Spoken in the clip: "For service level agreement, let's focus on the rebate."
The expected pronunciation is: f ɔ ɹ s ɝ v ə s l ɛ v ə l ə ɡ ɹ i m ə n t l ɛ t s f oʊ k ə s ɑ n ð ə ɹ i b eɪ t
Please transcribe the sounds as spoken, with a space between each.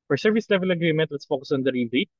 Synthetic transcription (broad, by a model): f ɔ ɹ s ɝ v ə s l ɛ v ə l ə ɡ ɹ i m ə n t w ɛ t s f oʊ k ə s ɑ n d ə ɹ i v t